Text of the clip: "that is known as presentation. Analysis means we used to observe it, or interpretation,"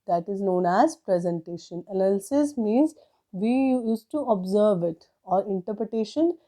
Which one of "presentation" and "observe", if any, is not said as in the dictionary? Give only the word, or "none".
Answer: none